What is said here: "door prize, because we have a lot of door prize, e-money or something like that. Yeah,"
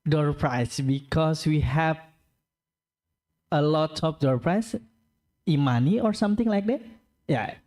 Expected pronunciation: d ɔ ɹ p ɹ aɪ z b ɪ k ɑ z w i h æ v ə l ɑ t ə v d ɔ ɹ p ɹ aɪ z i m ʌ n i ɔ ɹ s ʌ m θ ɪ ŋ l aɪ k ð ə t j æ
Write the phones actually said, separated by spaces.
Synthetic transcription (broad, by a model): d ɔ ɹ p ɹ aɪ s b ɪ k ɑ s w i h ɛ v ə l ɑ t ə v d ɔ ɹ p ɹ aɪ s i m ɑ n i ɔ ɹ s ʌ m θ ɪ ŋ l aɪ k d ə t j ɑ